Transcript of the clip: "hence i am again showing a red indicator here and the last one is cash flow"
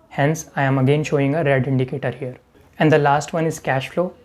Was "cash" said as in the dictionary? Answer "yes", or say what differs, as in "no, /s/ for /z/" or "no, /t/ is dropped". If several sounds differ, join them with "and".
yes